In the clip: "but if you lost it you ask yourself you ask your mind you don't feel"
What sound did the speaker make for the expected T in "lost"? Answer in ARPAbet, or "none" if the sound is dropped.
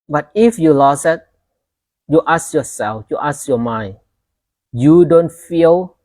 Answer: none